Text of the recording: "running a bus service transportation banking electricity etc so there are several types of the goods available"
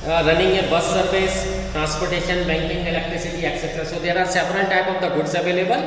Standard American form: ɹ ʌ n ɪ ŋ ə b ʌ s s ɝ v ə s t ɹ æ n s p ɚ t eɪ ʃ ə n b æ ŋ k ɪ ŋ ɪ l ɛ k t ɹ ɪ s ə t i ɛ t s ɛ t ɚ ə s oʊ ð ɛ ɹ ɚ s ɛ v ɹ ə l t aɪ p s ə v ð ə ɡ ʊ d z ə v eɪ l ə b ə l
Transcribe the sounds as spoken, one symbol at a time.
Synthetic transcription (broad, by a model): ɹ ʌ n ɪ ŋ ə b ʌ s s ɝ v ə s t ɹ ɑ n s p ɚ t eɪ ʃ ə n b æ ŋ k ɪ ŋ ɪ l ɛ k t ɹ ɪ s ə t i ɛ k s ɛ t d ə s oʊ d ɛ ɹ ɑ s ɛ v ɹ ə n t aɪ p ə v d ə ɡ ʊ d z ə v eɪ l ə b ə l